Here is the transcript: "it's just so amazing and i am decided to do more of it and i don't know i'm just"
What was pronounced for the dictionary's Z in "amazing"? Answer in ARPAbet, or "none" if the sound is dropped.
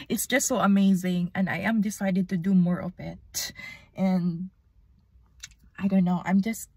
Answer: Z